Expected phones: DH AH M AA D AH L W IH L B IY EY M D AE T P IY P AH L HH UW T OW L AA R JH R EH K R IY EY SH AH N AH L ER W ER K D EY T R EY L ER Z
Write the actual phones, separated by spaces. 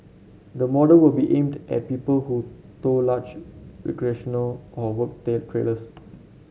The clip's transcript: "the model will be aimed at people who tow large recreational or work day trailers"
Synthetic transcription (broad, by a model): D AH M AA D AH L W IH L B IY EY M D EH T P IY P AH L HH UW T OW L AA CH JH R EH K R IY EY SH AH N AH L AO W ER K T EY T R EY L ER S